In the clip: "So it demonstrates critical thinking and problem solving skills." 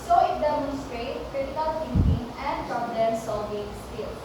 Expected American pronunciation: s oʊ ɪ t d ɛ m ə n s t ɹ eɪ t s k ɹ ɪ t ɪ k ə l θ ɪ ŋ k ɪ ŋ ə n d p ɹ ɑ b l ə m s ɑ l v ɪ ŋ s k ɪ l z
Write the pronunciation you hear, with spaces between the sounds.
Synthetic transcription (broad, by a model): s oʊ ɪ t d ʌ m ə s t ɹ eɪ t k ɹ ɪ t ɪ k ə l t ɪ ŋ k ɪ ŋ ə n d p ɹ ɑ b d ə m s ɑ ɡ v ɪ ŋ s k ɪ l